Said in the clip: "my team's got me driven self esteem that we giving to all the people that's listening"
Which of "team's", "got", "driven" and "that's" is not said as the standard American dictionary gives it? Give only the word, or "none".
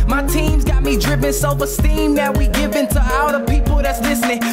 driven